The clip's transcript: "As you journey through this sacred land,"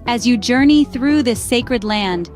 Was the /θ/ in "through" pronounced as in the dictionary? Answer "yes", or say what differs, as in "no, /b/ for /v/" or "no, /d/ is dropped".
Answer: yes